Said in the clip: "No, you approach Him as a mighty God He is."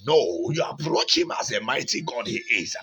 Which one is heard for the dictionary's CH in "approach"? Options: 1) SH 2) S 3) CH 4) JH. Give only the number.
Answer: 3